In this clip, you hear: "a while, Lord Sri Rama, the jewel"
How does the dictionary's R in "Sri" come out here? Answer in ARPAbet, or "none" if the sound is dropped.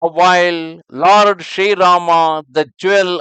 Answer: none